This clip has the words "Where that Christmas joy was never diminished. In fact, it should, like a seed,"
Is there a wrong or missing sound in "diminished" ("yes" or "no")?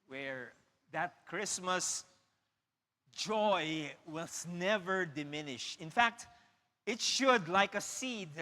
yes